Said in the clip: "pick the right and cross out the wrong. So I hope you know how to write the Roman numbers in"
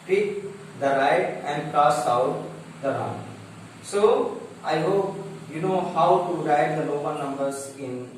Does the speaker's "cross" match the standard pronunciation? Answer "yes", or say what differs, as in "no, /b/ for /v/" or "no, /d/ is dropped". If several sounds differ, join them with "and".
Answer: no, /ɹ/ is dropped